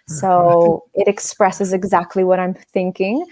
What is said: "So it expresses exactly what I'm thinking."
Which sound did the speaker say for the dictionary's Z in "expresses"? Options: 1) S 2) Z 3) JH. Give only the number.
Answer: 2